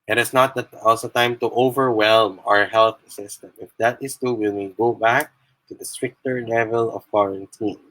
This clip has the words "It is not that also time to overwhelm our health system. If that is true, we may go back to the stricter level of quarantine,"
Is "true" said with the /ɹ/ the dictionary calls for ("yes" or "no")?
no